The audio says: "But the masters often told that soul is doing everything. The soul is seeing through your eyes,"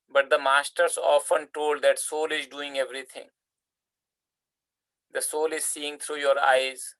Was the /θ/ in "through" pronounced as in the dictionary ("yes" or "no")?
no